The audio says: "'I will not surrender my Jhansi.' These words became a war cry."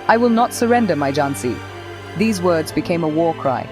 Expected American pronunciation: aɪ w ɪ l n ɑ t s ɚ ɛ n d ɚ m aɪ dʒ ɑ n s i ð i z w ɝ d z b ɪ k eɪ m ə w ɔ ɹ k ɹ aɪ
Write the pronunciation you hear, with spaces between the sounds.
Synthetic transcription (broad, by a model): aɪ w ɪ l n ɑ t s ɚ ɛ n d ɚ m aɪ dʒ ɑ n s i ð i z w ɝ d z b ɪ k eɪ m ə w ɔ ɹ k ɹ aɪ